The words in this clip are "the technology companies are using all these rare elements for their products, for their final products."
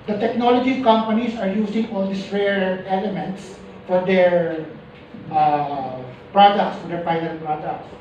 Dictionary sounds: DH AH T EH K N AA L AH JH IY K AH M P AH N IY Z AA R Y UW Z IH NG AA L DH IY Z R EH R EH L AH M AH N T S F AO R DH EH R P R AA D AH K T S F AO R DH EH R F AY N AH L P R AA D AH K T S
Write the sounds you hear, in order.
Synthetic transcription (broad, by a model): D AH T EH K N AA L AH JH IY K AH M P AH N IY S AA R Y UW S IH NG AA L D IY S R EH R EH L AH M AH N T S F AO R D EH R P R AA D AH K T S F AO R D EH R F AY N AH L P R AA D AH K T S